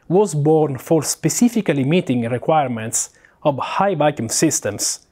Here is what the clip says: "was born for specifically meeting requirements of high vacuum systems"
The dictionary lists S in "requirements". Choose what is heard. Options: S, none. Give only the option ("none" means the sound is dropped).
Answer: S